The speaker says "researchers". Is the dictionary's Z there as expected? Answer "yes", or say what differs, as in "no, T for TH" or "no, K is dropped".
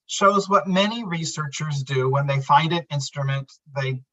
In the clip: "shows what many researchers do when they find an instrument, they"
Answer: yes